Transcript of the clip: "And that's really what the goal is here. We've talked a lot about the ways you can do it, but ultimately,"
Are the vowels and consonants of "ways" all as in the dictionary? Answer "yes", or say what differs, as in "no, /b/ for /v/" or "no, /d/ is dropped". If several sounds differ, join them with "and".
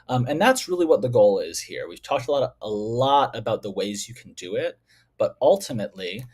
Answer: yes